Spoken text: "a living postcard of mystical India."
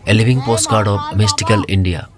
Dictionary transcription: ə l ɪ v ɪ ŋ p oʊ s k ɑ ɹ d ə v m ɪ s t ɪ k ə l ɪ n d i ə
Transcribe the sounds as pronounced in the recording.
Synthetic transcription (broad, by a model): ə l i b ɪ ŋ p oʊ s k ɑ ɹ d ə b m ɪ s t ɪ k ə l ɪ n d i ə